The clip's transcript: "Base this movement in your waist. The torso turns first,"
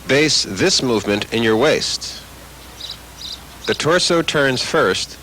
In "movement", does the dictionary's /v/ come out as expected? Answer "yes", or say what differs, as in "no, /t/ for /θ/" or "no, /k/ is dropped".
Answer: yes